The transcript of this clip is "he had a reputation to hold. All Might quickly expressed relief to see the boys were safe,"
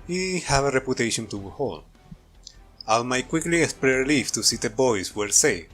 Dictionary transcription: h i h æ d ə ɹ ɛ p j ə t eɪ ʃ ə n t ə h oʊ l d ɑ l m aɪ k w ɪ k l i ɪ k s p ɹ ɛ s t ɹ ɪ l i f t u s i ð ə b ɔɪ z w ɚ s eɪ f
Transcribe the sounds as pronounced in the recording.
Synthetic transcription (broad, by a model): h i h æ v ə ɹ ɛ p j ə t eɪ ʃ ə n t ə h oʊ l ɑ l m aɪ k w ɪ k l i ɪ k s p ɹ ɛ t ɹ l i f t u s i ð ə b ɔɪ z w ɚ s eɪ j